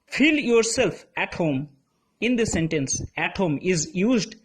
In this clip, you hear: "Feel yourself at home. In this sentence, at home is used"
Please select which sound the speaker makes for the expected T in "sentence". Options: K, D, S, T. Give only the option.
T